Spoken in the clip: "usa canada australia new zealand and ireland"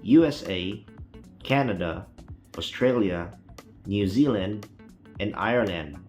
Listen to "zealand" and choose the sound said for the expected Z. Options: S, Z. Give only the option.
Z